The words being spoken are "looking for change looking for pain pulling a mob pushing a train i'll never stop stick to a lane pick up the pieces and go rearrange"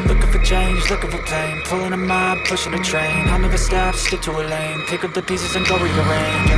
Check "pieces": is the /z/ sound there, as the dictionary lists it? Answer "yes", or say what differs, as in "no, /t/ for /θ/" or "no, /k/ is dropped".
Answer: yes